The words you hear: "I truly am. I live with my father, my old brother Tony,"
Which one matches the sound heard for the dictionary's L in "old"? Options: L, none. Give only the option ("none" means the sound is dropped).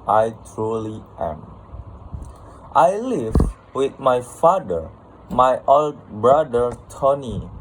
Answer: L